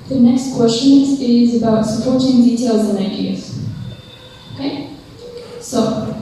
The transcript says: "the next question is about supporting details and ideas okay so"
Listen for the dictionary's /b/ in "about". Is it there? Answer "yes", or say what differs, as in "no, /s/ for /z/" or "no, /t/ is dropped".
yes